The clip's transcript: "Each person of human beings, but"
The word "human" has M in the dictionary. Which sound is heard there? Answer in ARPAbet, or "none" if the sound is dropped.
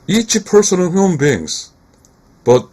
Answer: none